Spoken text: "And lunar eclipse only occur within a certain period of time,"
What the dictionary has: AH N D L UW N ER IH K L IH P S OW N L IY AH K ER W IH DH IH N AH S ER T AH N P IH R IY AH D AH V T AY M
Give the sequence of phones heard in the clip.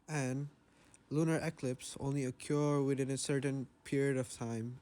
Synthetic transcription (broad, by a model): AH N L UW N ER IH K L IH P S OW N L IY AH K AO W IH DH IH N AH S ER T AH N P IH R IY AH D AH V T AY M